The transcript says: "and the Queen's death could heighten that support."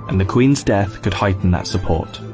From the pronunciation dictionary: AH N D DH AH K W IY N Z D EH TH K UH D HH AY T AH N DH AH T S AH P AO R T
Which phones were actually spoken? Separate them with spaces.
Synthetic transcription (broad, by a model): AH N DH AH K W IY N Z D EH TH K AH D HH AY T N DH AH T S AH P AO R T